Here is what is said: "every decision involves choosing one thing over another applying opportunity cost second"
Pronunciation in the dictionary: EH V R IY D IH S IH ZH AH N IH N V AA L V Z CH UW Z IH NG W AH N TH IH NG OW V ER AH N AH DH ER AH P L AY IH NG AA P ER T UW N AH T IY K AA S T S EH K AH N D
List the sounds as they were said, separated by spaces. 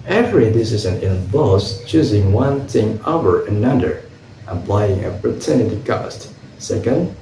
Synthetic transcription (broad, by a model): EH V R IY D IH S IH Z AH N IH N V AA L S CH UW Z IH NG W AH N TH IH NG OW V ER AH N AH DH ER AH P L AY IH NG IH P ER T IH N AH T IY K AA S T S EH K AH N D